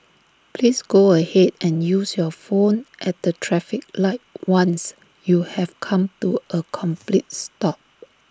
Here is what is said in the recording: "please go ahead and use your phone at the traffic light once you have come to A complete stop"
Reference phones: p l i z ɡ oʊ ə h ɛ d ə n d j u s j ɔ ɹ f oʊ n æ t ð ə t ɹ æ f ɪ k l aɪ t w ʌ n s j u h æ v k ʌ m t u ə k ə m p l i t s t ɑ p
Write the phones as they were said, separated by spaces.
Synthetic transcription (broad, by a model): p l i s ɡ oʊ ə h ɛ d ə n j u s j ɔ f oʊ n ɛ t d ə t ɹ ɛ f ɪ k l aɪ t w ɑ n s j u h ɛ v k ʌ m t u ə k ə m p l i t s t ɑ p